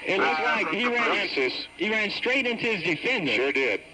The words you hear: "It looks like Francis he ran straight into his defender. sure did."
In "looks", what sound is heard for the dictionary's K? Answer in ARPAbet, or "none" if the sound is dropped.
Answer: none